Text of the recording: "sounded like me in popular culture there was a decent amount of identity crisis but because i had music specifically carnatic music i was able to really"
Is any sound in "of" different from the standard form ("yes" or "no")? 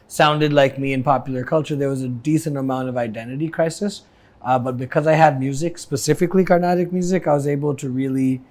no